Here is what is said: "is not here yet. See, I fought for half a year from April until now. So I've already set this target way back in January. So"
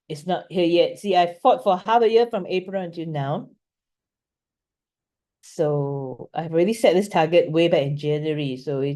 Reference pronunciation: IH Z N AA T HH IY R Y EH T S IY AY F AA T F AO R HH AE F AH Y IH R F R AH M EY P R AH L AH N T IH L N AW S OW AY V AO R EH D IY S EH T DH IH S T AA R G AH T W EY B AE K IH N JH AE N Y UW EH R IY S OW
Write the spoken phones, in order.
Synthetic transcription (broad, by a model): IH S N AA T HH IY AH Y EH T S IY AY F AA T F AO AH HH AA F AH Y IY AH F R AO M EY P R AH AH N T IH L N AW S OW AY V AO R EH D IY S EH T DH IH S T AA G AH T W EY B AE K IH N JH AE N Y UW R IY S OW